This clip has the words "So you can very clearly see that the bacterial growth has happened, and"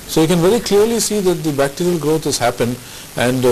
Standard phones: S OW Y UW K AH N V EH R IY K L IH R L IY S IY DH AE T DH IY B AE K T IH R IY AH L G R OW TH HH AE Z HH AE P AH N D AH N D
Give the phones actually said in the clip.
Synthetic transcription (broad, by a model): S OW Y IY K AH N V EH R IY K L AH R L IY S IY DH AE T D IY B AE K T IH R IY AH L G R OW T HH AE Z HH AE P AH N D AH N D